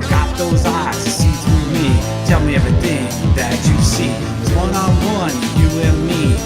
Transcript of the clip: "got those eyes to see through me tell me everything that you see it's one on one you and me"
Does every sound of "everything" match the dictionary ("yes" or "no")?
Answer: no